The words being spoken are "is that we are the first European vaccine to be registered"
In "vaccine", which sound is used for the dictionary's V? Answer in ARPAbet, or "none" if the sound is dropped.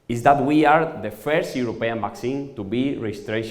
B